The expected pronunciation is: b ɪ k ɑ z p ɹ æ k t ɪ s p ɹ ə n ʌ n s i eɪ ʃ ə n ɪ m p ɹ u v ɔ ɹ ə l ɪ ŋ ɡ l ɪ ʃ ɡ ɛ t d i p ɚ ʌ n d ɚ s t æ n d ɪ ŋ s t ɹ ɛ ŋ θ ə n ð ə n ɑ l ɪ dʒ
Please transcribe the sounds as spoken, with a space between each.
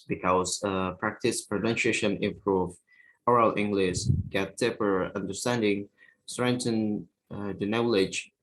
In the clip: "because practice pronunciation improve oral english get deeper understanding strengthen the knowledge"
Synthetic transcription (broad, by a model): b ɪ k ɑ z p ɹ æ k t ɪ s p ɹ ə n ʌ n ʃ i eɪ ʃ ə n ɪ m p ɹ u v ɔ ɹ ə l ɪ ŋ ɡ l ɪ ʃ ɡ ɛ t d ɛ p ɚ ʌ n d ɚ s t æ n d ɪ ŋ s t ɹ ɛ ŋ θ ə n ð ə n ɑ l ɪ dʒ